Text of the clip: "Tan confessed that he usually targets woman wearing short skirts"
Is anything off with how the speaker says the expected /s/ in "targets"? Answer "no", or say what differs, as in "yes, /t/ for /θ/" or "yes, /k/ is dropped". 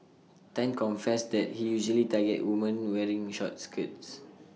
yes, /s/ is dropped